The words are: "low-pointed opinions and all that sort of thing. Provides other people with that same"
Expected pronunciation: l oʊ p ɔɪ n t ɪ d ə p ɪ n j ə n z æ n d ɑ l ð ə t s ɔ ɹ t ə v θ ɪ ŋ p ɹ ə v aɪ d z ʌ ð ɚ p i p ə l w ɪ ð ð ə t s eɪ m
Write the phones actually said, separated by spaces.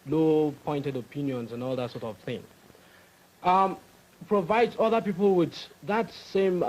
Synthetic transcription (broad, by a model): l oʊ p ɔɪ n t ɪ d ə p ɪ n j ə n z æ n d ɑ l ð ə t s ɔ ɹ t ə v θ ɪ ŋ p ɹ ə v aɪ d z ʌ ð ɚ p i p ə l w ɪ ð ð ə t s eɪ m